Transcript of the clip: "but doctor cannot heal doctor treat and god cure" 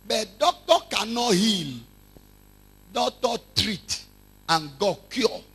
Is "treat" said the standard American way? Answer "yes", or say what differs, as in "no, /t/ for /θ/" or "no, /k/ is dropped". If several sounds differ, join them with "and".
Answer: yes